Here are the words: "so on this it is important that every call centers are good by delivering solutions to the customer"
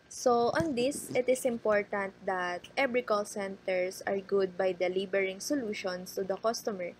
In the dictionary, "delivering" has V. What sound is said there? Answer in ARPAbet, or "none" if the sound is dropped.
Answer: B